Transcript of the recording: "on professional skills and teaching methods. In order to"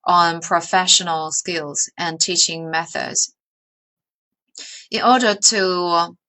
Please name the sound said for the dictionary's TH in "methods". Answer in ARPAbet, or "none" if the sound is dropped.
TH